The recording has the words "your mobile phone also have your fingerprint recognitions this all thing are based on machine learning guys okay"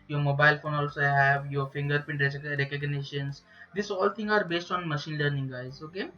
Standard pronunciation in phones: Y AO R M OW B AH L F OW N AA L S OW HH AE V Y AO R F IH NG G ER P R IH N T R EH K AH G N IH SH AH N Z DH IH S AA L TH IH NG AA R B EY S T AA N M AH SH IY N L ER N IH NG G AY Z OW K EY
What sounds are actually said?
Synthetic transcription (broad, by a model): Y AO R M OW B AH L F OW N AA L S OW HH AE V Y AO R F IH NG G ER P IH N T R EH K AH G N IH SH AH N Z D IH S AA L T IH NG AA R B EY S T AA N M AH SH IY N L ER N IH NG G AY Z OW K EY